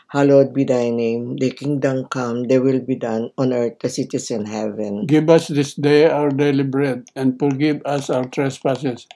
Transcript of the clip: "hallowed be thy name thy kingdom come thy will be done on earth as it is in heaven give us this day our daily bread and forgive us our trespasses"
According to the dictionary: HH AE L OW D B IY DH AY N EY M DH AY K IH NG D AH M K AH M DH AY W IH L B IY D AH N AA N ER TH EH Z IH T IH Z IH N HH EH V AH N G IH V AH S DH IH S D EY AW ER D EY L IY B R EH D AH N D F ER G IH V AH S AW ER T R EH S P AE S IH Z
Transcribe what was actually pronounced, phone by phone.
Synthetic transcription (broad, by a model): HH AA L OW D B IY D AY N EY M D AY K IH NG D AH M K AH M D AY W IH L B IY D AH N AA N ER T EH S IH T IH S IH N HH EH V AH N G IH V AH S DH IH S D EY AW ER D EY L IY B R EH D AH N D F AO G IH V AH S AW ER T R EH S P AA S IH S